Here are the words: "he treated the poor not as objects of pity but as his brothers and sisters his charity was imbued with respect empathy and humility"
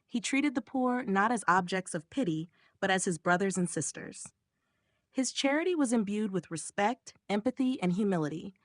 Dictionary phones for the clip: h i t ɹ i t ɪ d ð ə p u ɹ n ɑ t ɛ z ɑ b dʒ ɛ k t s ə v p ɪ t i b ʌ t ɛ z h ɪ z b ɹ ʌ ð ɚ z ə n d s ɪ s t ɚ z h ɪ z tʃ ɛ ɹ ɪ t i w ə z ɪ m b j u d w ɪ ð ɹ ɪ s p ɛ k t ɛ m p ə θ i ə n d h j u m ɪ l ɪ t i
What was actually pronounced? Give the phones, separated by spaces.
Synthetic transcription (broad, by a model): h i t ɹ i t ɪ d ð ə p u ɹ n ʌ t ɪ z ɑ b dʒ ɛ k t s ə v p ɪ t i b ʌ t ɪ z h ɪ z b ɹ ʌ ð ɚ z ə n s ɪ s t ɚ z h ɪ z tʃ ɛ ɹ ɪ t i w ə z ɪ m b j u d w ɪ ð ɹ ɪ s p ɛ k t ɛ m p ə θ i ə n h j u m ɪ l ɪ t i